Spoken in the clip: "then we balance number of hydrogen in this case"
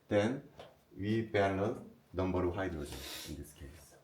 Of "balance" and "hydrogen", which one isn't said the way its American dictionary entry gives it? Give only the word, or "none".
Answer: balance